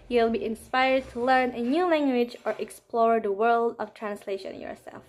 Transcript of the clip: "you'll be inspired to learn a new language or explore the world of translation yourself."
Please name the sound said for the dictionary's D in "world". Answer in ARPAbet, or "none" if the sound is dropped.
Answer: D